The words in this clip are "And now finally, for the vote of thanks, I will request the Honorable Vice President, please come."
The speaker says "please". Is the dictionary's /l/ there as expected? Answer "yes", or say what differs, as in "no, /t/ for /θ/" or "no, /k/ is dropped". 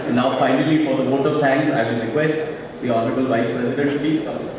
no, /l/ is dropped